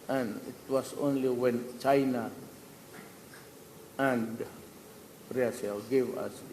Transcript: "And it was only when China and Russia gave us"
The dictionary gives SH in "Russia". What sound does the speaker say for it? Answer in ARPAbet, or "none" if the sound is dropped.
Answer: S